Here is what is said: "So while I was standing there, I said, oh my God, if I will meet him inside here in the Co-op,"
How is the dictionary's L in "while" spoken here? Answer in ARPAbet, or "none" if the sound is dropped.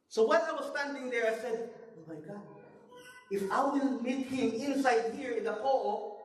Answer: N